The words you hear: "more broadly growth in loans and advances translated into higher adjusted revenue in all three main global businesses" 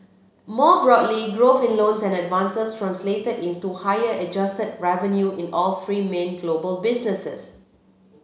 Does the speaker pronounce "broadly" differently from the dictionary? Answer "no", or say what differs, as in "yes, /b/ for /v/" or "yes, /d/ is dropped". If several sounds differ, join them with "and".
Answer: no